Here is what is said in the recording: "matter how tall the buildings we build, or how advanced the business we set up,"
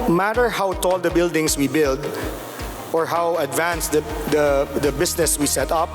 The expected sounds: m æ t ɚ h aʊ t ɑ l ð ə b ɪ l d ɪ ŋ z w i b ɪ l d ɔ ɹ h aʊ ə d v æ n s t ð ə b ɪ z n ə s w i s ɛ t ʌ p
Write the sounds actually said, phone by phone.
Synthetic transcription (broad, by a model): m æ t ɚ h aʊ t ɑ l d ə b ɪ l d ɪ ŋ s w i b ɪ l d ɔ ɹ h aʊ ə d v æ n s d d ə b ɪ s n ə s w i s ɛ t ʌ p